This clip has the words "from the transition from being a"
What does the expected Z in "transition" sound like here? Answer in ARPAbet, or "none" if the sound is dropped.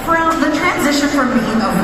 Z